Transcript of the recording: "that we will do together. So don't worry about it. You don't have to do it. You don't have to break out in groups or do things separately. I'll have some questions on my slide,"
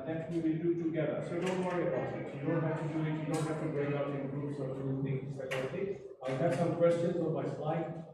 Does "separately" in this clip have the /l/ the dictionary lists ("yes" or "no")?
no